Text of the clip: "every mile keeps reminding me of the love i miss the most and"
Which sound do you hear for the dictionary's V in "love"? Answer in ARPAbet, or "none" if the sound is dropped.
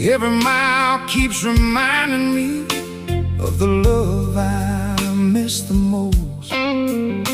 V